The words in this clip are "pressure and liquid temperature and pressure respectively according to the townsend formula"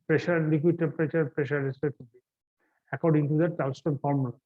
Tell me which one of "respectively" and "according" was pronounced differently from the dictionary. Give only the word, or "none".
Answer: respectively